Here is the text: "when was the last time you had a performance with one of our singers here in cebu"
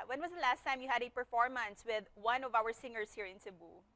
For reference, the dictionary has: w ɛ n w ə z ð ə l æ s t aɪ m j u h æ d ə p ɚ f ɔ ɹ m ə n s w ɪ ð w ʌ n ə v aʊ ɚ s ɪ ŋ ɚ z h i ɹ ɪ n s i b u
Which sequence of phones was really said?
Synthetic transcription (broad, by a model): w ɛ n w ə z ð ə l æ s t aɪ m j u h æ d ə p ɚ f ɔ ɹ m ə n s w ɪ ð w ʌ n ə v aʊ ɚ s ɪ ŋ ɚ s h i ɹ ɪ n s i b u